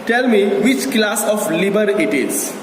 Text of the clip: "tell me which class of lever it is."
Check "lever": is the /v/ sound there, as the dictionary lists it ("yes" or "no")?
no